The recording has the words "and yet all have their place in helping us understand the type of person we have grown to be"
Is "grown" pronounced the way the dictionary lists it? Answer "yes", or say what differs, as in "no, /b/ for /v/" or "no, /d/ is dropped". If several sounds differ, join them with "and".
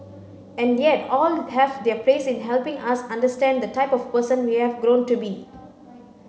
yes